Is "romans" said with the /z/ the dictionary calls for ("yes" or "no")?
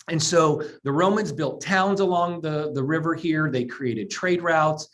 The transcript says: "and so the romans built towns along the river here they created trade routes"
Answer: yes